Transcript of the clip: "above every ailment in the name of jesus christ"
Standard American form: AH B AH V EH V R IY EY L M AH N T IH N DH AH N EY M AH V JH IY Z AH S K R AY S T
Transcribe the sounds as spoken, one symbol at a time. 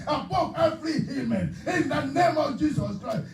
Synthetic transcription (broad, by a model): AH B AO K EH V R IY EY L M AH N IH N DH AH N EY M AH V JH IY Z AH S K R AY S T